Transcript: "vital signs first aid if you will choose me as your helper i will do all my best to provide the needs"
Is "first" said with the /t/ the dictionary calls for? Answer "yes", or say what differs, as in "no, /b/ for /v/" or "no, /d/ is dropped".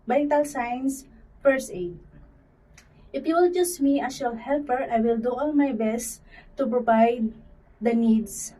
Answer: no, /t/ is dropped